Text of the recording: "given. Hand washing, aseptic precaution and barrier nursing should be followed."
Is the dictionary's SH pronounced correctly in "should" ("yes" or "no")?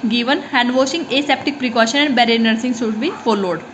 no